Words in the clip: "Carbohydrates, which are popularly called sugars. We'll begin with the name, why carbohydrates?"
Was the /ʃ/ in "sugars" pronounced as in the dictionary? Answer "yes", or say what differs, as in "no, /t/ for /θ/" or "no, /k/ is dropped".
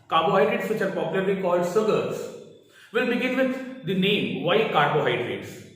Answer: no, /s/ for /ʃ/